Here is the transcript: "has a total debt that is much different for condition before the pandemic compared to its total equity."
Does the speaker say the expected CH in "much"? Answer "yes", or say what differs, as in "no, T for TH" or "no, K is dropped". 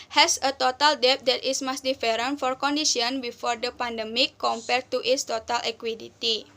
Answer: no, S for CH